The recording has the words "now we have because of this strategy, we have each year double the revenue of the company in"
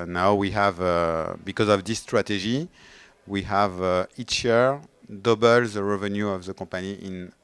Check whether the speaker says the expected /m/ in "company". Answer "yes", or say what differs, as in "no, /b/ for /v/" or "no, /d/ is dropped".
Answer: no, /m/ is dropped